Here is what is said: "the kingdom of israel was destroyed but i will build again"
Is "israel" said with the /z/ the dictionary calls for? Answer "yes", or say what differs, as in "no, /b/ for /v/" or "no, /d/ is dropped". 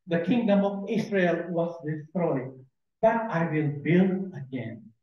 no, /s/ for /z/